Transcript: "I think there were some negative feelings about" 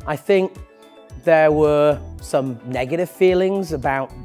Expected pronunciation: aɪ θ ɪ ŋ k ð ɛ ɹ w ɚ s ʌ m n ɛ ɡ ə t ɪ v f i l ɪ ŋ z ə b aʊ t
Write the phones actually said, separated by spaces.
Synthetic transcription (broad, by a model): aɪ θ ɪ ŋ k ð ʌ w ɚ s ʌ m n ɛ ɡ ə t ɪ v f i l ɪ ŋ z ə b aʊ t